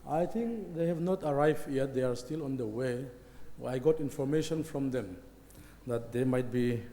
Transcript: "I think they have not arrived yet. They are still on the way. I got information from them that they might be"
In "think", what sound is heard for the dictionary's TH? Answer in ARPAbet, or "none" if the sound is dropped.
T